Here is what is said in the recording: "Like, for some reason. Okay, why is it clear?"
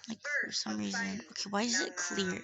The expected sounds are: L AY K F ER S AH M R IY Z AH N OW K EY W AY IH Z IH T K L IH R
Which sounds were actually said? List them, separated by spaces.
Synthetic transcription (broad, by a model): L AY K F ER S AH M R IY Z AH N OW K EY W AY IH Z IH T K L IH R